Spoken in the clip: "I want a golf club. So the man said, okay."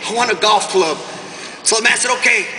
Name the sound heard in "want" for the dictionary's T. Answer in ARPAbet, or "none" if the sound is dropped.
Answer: none